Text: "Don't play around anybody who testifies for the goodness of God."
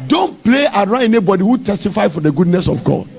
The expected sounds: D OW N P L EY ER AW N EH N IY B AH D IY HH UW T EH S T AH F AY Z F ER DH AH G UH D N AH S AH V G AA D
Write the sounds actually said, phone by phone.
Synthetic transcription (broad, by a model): D OW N P L EY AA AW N EH N IY B AH D IY HH UW T EH S T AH F AY F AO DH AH G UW D N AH S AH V G AA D